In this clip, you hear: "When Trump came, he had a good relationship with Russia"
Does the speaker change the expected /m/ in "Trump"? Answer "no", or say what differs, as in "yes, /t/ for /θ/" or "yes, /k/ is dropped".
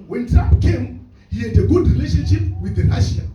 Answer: yes, /m/ is dropped